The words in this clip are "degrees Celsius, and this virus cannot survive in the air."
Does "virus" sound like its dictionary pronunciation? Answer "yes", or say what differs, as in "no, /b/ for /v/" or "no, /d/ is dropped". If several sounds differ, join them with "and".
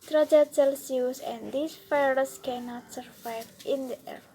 no, /f/ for /v/